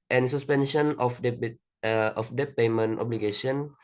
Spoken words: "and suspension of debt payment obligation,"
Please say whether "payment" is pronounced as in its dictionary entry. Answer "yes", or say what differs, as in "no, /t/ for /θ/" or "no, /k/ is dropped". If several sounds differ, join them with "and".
yes